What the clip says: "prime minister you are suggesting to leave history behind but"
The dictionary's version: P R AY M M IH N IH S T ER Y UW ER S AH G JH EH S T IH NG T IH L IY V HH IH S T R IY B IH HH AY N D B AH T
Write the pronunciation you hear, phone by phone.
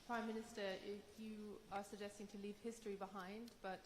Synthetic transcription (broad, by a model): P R AY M M IH N IH S T ER Y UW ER S AH G JH EH S T IH NG T IH L IY V HH IH S T R IY B IH HH AY N D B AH T